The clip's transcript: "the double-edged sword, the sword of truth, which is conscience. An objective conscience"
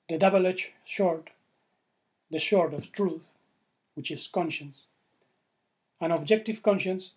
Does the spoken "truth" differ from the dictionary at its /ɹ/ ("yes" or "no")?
no